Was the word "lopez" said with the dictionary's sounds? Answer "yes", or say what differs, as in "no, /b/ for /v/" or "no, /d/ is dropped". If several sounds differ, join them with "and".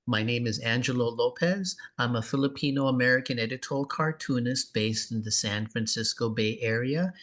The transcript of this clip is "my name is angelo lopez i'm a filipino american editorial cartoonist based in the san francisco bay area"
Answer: yes